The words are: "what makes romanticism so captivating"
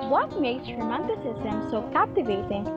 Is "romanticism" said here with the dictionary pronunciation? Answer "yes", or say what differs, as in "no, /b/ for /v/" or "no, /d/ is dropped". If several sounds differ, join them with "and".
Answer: no, /s/ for /z/